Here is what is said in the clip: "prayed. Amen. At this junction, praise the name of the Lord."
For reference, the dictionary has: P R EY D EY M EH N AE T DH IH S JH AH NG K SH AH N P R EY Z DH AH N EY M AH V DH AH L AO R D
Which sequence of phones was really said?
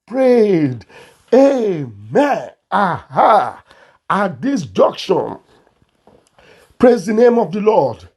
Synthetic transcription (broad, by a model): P R EY D EY M EH N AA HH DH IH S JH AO K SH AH N P R EY Z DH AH N EY M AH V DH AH L AO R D